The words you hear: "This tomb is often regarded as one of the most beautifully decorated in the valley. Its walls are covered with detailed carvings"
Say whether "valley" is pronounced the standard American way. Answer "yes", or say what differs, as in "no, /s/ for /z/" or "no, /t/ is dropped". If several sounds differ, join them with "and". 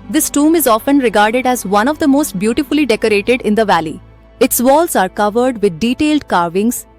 yes